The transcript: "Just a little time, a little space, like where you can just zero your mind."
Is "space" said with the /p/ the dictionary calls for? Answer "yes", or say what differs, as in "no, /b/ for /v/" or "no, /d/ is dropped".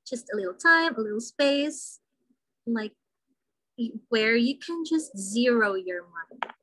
yes